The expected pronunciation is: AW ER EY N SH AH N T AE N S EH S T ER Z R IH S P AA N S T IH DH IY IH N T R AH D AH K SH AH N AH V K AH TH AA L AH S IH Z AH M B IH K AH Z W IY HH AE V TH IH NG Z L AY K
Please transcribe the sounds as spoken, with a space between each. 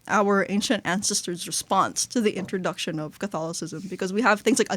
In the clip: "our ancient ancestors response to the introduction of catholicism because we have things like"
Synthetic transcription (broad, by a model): AW ER EY N SH AH N T AE N S EH S T ER Z R IH S P AA N S T IH DH IY IH N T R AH D AH K SH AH N AH V K AH TH AA L AH S IH Z AH M B IH K AH Z W IY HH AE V TH IH NG Z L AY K